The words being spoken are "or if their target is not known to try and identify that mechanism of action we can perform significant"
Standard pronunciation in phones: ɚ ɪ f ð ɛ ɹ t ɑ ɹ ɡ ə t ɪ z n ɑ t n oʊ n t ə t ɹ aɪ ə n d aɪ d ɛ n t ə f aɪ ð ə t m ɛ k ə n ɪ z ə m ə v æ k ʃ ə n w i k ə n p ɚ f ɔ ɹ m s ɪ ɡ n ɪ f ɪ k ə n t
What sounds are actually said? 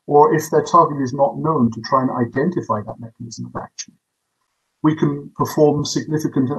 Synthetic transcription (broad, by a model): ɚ ɪ f ð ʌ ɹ t ɑ ɹ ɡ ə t ɪ z n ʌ t n oʊ n t ə t ɹ aɪ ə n aɪ d ɛ n t ə f aɪ ð ə t m ɛ k ə n ɪ z ə m ə v æ k ʃ ə n w i k ə n p ɚ f ɔ ɹ m s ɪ ɡ n ɪ f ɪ k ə n t